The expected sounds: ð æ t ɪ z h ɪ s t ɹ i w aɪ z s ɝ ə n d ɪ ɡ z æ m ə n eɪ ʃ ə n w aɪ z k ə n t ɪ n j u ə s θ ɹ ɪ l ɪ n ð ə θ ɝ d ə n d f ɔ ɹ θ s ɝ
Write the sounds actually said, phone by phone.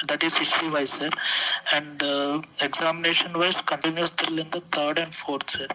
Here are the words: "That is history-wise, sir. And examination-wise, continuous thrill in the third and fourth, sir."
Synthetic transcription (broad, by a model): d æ t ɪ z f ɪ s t i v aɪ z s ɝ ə n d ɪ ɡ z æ m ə n eɪ ʃ ə n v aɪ s k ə n t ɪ n j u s t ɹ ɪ l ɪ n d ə t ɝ d ə n d f ɔ ɹ t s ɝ